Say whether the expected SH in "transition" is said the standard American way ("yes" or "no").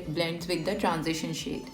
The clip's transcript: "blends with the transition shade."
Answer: yes